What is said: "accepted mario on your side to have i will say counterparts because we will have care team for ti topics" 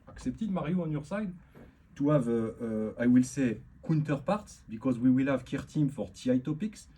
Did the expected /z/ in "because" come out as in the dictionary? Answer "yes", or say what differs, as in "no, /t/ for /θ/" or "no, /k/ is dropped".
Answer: yes